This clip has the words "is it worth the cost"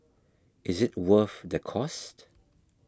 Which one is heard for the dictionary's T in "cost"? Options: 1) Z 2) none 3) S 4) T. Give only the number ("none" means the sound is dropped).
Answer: 4